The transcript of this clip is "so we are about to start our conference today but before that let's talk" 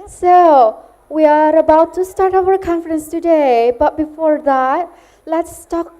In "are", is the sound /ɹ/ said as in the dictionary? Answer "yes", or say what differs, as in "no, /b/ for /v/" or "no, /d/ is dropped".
yes